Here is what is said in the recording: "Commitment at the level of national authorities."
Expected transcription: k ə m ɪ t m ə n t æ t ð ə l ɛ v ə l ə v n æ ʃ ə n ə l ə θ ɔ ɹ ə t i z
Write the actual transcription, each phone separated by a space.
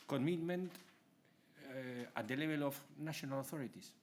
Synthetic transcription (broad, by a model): k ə m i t m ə n t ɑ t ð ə l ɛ b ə l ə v n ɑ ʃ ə n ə l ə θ ɔ ɹ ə t i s